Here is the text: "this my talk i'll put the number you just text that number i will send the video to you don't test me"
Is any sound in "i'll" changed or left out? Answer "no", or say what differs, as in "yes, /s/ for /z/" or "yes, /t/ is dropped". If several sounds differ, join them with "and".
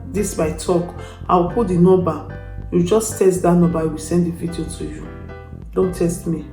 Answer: yes, /w/ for /l/